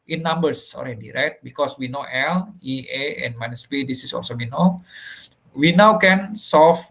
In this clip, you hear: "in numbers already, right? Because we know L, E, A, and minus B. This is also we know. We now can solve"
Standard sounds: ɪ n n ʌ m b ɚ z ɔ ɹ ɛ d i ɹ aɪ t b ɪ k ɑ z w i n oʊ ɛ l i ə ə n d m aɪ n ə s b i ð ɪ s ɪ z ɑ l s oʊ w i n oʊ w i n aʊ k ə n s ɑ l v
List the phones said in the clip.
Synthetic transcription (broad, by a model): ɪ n n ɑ m b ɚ s ɔ l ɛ d i ɹ aɪ t b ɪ k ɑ s w i n oʊ ɛ l i ə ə n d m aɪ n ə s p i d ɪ s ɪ s ɑ l s oʊ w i n oʊ w i n aʊ k ə n s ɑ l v